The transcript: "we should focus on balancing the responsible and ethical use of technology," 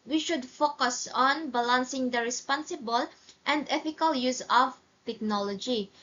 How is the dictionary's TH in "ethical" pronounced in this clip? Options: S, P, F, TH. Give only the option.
F